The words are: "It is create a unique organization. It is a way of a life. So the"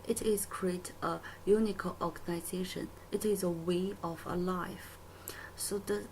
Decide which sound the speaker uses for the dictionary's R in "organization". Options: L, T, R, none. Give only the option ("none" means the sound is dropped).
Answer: L